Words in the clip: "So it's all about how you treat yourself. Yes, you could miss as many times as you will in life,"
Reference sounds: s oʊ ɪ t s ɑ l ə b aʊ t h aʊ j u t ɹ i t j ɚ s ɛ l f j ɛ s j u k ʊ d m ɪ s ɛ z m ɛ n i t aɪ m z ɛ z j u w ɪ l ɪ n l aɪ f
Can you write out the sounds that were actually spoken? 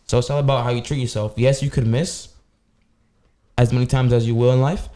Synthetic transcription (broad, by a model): s oʊ ɪ t s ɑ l ə b aʊ t h aʊ j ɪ t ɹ i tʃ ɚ s ɛ l f j ɛ s j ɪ k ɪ d m ɪ s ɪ z m ɛ n i t aɪ m z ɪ z j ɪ w ɪ l ɪ n l aɪ f